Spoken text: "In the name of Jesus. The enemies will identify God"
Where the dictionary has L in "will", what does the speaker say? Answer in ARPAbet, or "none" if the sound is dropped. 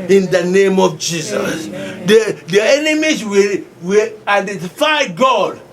W